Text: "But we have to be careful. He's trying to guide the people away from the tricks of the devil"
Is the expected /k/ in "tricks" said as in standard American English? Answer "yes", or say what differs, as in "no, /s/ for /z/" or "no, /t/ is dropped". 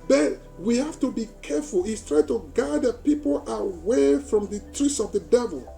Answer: no, /k/ is dropped